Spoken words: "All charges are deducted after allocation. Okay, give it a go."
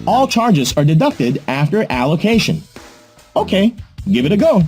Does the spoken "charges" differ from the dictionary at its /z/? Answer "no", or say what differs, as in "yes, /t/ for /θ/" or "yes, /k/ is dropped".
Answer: no